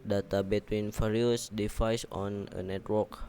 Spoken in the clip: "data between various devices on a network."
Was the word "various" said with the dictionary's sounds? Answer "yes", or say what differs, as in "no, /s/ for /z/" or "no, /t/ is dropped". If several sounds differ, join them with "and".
no, /f/ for /v/